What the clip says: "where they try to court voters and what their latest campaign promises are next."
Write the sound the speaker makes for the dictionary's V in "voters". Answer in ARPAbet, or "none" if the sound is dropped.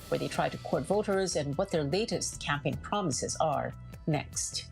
V